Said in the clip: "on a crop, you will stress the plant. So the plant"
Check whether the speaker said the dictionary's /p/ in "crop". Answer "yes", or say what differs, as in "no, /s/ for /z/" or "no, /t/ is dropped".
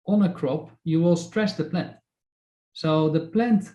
yes